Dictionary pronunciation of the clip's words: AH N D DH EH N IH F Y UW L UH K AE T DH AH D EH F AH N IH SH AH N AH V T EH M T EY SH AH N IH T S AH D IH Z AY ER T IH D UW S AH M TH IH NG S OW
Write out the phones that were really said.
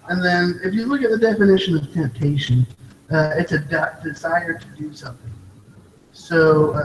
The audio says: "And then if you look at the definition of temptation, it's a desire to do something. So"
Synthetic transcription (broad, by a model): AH N DH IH N IH F Y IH L UH K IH T DH AH D EH F AH N IH SH AH N AH V T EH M T EY SH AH N IH T S AH D IH Z AY ER T IH D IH S AH M TH IH NG S OW